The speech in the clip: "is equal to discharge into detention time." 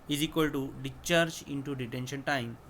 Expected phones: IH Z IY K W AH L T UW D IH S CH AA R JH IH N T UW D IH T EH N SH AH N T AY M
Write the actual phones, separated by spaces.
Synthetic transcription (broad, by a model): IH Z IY K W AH L T UW D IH CH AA R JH IH N T UW D IH T EH N SH AH N T AY M